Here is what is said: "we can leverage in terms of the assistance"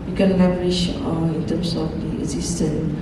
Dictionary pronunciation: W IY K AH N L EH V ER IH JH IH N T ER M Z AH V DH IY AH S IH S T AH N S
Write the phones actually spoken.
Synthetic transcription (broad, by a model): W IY K AH N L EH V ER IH SH IH N T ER M S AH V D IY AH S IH S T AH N